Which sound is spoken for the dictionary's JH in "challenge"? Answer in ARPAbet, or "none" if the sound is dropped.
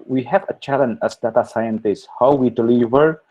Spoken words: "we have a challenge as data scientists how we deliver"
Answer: none